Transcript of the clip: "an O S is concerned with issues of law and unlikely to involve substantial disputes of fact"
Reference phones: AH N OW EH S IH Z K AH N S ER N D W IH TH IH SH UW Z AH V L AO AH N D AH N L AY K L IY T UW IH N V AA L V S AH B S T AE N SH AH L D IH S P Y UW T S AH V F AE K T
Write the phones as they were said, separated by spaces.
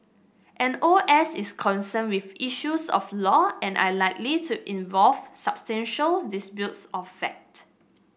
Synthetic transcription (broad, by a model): AH N OW EH S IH S K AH N S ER N W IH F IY SH UW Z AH F L AO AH N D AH L AY K L IY T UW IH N V AA L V S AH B S T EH N SH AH L D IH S B Y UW T S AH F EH K T